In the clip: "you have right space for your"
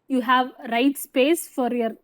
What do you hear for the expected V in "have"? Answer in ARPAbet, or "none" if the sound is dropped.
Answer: V